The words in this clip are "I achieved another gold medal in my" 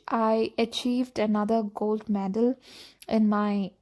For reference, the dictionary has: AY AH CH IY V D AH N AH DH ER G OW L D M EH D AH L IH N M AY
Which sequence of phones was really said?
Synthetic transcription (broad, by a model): AY AH CH IY V D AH N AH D ER G OW L D M EH D AH L IH N M AY